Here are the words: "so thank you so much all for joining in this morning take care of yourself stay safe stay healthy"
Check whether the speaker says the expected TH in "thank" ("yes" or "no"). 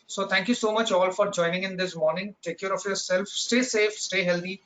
no